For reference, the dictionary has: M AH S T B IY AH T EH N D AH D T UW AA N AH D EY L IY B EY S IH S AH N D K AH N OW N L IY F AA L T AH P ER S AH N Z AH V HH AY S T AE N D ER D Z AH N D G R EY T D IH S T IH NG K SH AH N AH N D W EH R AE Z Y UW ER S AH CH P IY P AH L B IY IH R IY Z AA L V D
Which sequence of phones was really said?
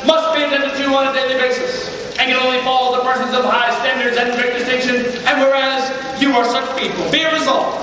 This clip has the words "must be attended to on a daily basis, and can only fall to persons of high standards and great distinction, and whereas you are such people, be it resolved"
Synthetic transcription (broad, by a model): M AH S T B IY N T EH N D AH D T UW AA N AH D EY L IY B EY S IH S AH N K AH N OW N L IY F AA L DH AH P ER S AH N Z AH V HH AY S T AE N D ER D Z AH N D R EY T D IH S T IH SH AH N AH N W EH R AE Z Y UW ER S AH CH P IY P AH L B IY IH R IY Z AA L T